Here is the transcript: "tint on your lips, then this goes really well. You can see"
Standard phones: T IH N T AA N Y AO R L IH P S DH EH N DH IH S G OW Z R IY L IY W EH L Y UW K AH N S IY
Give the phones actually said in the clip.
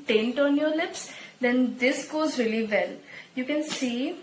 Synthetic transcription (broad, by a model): T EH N T AA N Y AO R L IH P S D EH N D IH S G OW Z R IY L IY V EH L Y UW K AH N S IY